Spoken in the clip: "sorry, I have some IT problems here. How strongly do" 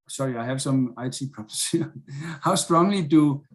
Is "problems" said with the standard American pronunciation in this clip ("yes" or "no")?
no